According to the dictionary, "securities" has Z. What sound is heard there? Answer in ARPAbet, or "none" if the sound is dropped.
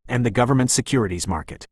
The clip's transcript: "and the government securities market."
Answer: Z